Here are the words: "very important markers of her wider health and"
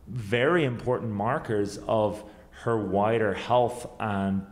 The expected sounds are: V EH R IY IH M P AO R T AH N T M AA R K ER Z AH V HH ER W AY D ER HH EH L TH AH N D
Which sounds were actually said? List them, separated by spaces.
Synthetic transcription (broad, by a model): V EH R IY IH M P AO R T N M AA R K ER Z AH V HH ER W AY D ER HH EH L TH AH N